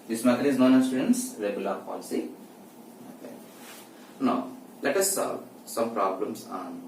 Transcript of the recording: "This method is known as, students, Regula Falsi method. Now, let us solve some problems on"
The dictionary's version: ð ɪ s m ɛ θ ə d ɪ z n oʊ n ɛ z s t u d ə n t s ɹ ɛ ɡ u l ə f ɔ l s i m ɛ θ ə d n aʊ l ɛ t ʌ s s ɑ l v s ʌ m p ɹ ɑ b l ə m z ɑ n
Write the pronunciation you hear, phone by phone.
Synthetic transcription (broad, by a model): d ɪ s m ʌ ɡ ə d ɪ z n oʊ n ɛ s t u d ə n t s ɹ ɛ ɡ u l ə p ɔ l s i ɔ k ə n aʊ l ɛ t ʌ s s ɑ l v s ʌ m p ɹ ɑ b l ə m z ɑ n